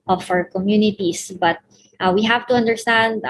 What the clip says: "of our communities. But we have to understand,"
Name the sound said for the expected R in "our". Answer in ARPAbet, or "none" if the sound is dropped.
W